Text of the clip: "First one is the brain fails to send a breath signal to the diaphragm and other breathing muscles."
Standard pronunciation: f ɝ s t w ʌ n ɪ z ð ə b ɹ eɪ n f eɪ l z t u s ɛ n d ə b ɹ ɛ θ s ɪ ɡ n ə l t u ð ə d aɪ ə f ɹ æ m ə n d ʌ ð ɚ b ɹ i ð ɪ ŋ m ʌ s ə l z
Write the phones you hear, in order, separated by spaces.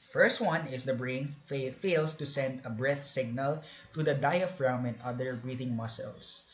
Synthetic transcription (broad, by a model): f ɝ s t w ʌ n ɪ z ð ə b ɹ eɪ n f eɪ l s t u s ɛ n d ə b ɹ ɛ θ s ɪ ɡ n ə l t u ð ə d aɪ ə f ɹ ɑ m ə n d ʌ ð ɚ b ɹ i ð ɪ ŋ m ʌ s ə l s